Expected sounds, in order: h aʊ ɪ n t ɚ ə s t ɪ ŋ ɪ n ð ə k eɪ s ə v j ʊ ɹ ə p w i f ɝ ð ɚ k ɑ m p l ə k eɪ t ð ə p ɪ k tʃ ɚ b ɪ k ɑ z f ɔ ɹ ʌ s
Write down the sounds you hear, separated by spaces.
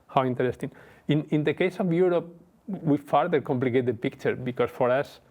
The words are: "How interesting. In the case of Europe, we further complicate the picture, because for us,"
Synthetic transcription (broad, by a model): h aʊ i n t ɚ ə s t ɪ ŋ ɪ n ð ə k eɪ s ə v j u ɹ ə p w i f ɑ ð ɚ k ɑ m p l ə k eɪ t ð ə p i k tʃ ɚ b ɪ k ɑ s f ɔ ɹ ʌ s